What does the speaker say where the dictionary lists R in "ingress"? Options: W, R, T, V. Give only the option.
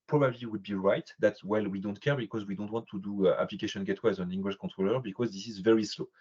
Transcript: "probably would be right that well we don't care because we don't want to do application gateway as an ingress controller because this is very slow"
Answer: W